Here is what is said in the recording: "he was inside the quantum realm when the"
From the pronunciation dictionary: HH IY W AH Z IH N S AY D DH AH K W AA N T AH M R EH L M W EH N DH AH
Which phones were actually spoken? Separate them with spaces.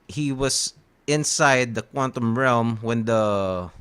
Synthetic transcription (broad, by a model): HH IY W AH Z IH N S AY D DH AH K W AA N T AH M R EH L M W EH N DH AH